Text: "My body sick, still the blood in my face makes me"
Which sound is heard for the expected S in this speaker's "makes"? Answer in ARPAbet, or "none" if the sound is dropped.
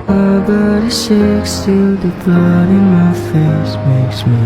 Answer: S